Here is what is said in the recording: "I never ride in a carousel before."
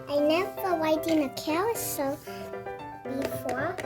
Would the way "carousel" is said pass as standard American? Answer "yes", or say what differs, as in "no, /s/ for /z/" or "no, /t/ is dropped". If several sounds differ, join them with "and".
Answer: no, /w/ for /ɹ/